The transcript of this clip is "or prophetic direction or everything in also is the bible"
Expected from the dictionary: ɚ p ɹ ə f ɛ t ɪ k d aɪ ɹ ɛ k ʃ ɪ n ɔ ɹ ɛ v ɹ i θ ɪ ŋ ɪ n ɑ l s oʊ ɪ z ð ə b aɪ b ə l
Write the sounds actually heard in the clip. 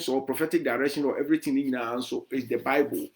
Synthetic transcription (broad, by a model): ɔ p ɹ ə f ɛ t ɪ k d aɪ ɹ ɛ k ʃ ɪ n ɔ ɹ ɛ v ɹ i t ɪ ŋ ɪ n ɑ n s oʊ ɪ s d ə b aɪ b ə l